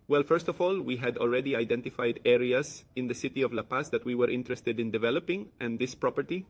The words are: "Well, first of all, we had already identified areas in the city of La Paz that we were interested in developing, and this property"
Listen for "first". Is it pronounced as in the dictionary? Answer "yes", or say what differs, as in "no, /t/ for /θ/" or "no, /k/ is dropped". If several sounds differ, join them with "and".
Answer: yes